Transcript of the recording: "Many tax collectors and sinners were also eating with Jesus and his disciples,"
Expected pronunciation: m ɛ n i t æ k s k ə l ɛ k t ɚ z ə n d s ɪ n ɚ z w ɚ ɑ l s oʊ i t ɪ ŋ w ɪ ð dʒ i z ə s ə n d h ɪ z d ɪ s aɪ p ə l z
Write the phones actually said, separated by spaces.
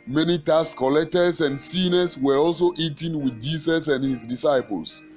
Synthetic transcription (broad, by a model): m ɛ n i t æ s k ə l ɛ k t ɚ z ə n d s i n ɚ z w ɚ ɑ l s oʊ i t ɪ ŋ w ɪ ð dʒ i s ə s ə n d h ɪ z d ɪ s aɪ p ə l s